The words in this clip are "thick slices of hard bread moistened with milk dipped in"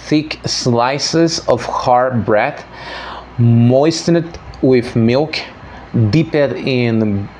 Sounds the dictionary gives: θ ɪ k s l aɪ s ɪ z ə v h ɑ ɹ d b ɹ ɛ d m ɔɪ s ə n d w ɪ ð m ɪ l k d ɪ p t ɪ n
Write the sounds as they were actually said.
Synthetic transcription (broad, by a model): θ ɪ k s l aɪ s ɪ z ə v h ɑ ɹ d b ɹ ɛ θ m ɔɪ s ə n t w ɪ ð m ɪ l k d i p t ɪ n